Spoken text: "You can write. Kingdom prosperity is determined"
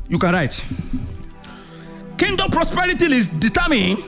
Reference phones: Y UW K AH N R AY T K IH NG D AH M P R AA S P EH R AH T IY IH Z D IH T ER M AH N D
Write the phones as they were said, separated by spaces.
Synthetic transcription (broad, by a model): Y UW K AH N R AY T K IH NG D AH M P R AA S P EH R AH T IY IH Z D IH T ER M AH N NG